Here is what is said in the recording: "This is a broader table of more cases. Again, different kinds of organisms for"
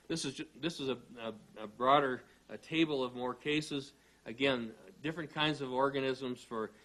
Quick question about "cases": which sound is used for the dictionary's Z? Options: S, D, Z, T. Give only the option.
Z